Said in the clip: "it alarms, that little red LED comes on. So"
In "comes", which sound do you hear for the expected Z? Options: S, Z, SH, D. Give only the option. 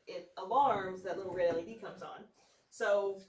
Z